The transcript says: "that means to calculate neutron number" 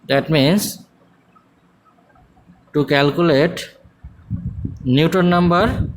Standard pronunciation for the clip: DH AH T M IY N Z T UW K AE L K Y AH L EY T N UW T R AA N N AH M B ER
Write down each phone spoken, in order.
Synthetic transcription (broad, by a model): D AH T M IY N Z T UW K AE L K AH L EY T N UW T AO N N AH M B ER